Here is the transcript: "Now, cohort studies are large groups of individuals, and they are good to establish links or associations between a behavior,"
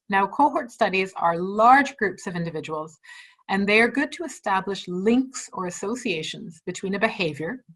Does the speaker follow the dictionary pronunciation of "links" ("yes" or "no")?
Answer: yes